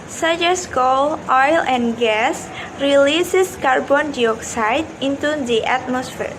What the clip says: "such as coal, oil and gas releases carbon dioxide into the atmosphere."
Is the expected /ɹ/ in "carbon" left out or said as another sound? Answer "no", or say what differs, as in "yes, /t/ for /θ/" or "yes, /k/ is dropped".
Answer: no